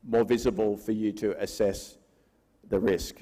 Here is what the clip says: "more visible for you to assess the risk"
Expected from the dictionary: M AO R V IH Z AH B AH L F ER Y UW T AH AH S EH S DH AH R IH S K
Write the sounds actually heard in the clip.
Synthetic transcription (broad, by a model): M AO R V IH Z AH B AH L F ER Y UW T AH AH S EH S DH AH R IH S K